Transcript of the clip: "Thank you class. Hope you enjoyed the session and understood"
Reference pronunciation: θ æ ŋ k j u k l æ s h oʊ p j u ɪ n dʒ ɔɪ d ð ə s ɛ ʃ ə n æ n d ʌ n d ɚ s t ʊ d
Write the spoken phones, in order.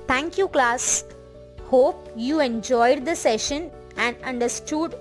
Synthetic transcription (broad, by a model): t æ ŋ k j u k l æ s h oʊ p j u ɪ n dʒ ɔɪ d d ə s ɛ ʃ ə n æ n d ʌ n d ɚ s t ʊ d